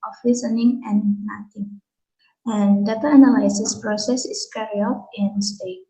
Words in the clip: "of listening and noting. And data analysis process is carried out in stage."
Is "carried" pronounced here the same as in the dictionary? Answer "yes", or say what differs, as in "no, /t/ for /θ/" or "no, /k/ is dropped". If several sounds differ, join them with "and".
no, /d/ is dropped